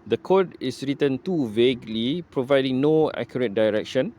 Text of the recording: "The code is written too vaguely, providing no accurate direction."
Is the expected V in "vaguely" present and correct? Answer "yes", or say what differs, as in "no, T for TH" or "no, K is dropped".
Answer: yes